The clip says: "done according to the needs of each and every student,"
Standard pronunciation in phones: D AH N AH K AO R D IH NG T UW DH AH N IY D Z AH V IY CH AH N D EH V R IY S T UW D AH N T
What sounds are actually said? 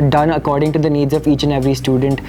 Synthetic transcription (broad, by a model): D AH N AH K AO R D IH NG T UW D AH N IY D Z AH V IY CH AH N EH V R IY S T UW D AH N T